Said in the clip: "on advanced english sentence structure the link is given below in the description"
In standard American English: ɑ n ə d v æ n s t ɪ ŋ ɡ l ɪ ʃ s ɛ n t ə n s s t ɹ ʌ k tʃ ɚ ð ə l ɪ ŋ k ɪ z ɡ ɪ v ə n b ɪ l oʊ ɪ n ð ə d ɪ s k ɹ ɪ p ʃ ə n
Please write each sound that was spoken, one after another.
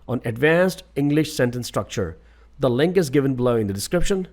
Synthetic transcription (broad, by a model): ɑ n ə d v æ n s t ɪ ŋ ɡ l ɪ ʃ s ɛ n t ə n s s t ɹ ʌ k tʃ ɚ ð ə l ɪ ŋ k ɪ z ɡ ɪ v ə n b l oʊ ɪ n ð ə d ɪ s k ɹ ɪ p ʃ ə n